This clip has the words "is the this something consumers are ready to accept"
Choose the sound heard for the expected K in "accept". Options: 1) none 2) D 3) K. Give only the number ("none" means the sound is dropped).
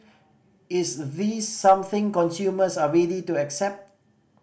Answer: 3